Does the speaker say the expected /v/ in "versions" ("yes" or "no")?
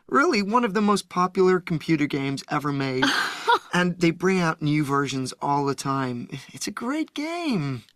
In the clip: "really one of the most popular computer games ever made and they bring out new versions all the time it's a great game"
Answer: yes